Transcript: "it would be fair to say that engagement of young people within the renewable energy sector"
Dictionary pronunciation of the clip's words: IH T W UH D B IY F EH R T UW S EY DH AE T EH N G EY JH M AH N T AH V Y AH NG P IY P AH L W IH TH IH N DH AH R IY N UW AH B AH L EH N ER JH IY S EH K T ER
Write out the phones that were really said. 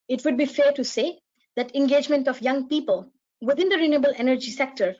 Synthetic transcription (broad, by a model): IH T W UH D B IY F EH R T UW S EY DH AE T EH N G EY JH M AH N T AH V Y AH NG P IY P AH L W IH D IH N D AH R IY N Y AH B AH L EH N ER JH IY S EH K T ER